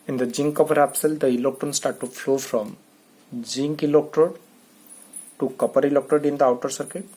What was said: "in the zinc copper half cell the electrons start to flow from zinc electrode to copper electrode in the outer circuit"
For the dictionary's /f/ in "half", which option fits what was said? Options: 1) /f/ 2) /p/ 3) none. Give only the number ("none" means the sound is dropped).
2